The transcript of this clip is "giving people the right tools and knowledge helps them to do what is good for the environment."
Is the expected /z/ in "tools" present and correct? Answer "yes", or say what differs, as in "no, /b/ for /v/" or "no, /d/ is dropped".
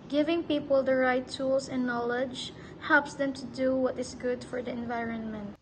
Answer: no, /s/ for /z/